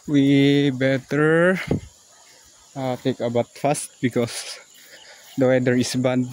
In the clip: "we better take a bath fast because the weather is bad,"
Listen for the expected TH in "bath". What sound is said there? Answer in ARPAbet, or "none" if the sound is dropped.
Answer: T